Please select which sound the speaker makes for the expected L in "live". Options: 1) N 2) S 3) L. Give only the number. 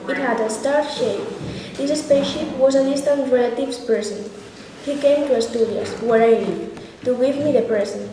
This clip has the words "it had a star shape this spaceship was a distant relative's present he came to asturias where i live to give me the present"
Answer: 1